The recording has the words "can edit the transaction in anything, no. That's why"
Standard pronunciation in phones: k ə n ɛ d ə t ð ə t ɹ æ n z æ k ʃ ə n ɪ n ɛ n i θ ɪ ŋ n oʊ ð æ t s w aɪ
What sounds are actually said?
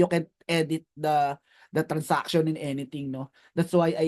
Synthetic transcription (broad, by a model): k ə n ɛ d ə t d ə t ɹ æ n s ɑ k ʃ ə n ɪ n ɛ n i t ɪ ŋ n oʊ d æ t s w aɪ